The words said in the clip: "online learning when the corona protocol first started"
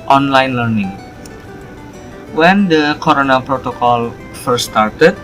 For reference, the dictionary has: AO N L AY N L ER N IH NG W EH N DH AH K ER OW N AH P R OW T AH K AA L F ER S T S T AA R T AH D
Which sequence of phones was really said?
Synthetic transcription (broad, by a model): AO N L AY N L ER N IH NG W EH N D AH K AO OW N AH P R OW T AH K AA L F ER T S T AA R T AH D